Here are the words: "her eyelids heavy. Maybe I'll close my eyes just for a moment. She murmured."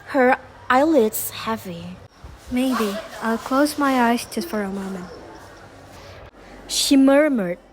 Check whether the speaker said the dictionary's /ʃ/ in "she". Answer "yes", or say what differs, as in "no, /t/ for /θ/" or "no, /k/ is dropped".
yes